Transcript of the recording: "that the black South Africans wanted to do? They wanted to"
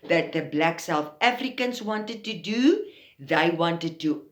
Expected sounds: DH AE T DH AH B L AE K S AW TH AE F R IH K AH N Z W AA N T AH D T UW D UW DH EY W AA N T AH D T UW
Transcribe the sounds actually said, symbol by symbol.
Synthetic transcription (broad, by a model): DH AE T DH AH B L AE K S AW TH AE F R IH K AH N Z W AA N T AH D T UW D UW DH EY W AA N T AH D T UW